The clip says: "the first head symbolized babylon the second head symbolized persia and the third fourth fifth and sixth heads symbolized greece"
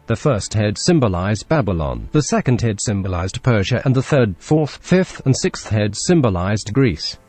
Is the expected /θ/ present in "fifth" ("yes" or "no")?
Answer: yes